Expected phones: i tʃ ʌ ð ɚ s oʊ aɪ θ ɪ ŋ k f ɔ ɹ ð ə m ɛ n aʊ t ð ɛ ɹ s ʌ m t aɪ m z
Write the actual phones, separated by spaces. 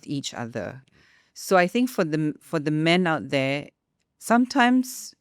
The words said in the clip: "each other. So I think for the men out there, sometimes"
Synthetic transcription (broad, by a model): i tʃ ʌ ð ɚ s oʊ aɪ θ ɪ ŋ k f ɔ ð ð ə m ɛ n aʊ t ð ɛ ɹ s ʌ m t aɪ m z